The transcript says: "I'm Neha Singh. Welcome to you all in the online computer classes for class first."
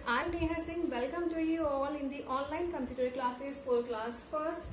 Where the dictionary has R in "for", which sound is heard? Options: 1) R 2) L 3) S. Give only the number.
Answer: 2